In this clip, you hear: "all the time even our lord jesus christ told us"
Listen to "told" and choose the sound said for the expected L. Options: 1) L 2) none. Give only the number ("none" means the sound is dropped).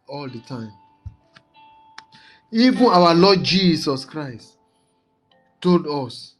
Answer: 1